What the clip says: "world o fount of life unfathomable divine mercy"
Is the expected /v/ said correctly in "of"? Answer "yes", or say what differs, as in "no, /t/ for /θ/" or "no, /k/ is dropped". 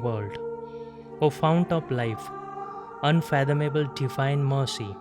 no, /p/ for /v/